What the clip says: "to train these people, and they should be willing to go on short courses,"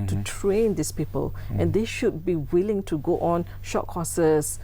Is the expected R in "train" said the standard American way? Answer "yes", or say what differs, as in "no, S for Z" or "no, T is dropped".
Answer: yes